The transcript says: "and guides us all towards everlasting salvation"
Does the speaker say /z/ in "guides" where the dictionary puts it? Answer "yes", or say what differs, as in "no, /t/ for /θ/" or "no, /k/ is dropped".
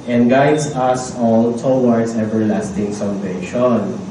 no, /s/ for /z/